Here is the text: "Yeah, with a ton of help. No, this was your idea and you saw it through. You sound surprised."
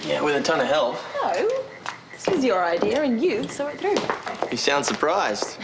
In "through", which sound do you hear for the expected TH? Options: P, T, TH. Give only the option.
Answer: TH